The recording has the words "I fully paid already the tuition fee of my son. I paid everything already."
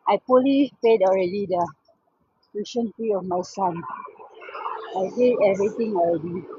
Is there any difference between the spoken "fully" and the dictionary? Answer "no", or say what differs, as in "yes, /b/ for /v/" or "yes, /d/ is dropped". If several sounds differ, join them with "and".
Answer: yes, /p/ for /f/